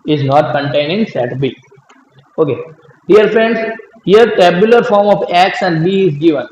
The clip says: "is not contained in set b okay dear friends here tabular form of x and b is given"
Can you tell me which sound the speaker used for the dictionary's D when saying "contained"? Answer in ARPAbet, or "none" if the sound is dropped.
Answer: none